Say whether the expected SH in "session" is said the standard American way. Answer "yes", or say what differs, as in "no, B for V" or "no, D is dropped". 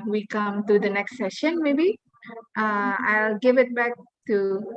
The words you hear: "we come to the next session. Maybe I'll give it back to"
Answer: yes